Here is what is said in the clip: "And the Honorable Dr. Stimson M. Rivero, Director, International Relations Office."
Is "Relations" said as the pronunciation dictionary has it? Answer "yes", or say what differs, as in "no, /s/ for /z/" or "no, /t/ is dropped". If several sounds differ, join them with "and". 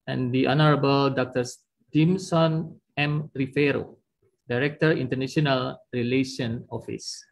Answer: no, /z/ is dropped